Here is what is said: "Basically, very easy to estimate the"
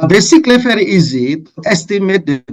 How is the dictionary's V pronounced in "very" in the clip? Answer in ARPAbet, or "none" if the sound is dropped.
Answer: F